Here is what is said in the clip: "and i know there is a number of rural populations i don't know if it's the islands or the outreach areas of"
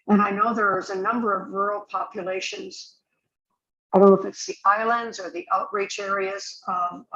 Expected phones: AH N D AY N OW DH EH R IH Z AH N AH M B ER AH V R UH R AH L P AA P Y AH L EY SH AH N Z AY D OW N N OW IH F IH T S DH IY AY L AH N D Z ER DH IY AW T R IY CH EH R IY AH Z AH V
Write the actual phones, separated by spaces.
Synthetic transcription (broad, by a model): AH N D AY N OW DH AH R IH Z AH N AH M B ER AH V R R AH L P AA P Y AH L EY SH AH N Z AY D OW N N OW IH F IH T S DH IY AY L AH N D Z ER DH IY AW T R IY CH EH R IY AH Z AH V